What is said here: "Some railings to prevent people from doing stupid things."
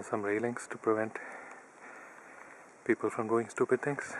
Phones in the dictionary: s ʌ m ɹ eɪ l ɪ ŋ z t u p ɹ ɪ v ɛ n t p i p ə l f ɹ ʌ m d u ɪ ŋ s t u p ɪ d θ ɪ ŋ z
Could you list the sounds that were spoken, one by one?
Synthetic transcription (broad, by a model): s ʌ m ɹ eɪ l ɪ ŋ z t u p ɹ ɪ v ɛ n t p i p ə l f ɹ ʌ m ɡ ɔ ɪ ŋ s t u p ɪ d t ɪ ŋ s